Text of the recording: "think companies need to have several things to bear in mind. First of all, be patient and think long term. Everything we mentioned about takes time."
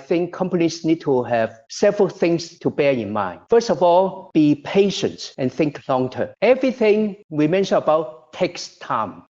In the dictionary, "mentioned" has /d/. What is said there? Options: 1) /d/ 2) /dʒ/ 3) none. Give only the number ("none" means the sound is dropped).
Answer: 3